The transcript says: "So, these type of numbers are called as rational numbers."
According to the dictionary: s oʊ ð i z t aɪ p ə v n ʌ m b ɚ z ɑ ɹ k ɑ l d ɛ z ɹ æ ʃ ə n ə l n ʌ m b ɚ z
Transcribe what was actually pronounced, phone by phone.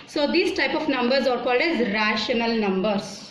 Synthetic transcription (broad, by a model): s oʊ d i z t aɪ p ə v n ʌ m b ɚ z ɑ ɹ k ɑ l d ɛ z ɹ æ ʃ ə n ə l n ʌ m b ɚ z